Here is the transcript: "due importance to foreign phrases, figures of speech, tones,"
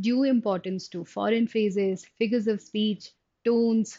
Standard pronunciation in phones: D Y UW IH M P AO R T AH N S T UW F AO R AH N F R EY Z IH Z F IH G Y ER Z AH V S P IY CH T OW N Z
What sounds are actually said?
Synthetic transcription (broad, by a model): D Y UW IH M P AO R T AH N S T UW F AO R AH N F EY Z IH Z F IH G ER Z AH V S P IY CH T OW N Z